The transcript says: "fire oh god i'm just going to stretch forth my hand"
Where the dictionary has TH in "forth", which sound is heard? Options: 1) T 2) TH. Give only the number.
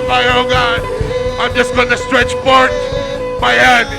1